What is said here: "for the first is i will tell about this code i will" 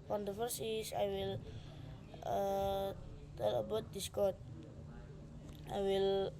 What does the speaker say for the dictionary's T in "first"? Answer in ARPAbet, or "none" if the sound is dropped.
none